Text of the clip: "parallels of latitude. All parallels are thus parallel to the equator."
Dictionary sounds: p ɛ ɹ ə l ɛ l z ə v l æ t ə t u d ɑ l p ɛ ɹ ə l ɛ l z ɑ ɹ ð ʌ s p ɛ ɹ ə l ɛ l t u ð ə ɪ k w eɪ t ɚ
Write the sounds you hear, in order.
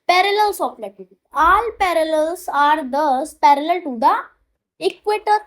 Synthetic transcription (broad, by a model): p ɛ ɹ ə l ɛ l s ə p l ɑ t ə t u ɑ l p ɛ ɹ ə l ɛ l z ɑ ɹ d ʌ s p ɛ ɹ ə l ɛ l t u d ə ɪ k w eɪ t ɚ